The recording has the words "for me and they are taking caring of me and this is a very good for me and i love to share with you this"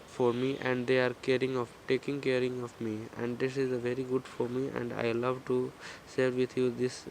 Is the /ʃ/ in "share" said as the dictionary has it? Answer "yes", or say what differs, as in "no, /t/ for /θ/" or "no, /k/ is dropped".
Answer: no, /s/ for /ʃ/